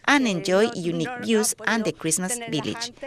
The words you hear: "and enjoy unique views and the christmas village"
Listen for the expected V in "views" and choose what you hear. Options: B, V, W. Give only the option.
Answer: B